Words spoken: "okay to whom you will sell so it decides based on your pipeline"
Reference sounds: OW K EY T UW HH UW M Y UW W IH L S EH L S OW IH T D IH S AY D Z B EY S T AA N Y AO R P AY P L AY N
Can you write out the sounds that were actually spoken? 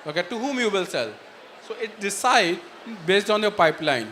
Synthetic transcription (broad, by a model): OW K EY T UW HH UW M Y UW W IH L S EH L S OW IH T D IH S AY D B EY S T AA N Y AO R P AY P L AY N